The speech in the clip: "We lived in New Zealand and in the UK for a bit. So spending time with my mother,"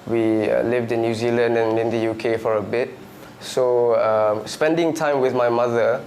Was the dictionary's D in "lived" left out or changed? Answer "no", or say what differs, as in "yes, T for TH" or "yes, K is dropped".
no